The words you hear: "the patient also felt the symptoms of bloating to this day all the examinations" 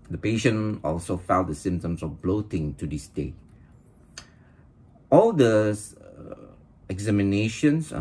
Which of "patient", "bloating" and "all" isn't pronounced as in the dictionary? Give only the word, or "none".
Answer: patient